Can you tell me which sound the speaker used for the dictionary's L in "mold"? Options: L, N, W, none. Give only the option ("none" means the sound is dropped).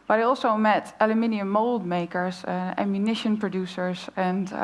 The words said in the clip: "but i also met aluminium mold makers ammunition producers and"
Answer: L